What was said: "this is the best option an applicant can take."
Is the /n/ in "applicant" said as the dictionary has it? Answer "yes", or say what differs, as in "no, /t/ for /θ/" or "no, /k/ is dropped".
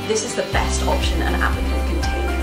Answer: no, /n/ is dropped